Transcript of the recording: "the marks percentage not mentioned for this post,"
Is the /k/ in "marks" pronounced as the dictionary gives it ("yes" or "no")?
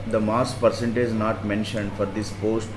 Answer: no